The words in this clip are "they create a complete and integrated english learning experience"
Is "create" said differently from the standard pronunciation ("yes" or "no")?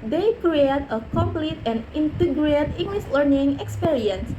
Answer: no